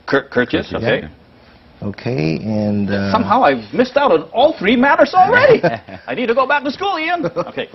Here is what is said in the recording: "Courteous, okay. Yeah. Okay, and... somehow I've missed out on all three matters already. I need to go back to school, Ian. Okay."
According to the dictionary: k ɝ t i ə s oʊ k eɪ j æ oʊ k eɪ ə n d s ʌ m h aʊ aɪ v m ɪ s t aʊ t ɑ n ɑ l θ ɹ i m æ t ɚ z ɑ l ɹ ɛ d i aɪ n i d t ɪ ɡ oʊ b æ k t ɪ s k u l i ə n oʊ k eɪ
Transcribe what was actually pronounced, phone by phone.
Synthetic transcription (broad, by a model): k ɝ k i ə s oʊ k eɪ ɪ oʊ k eɪ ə n s ʌ m h aʊ aɪ v m ɪ s t aʊ t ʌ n ɑ l θ ɹ i m æ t ɚ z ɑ l ɹ ɛ d i aɪ n i d t ɪ ɡ oʊ b æ k t ɪ s k u l i ə n oʊ k eɪ